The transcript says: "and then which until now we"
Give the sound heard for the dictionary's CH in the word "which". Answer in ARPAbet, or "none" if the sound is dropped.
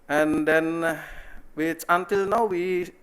S